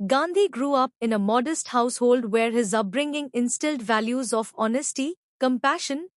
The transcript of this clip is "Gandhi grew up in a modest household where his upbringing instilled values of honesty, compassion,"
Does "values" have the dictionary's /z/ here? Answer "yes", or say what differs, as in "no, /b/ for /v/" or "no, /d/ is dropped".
yes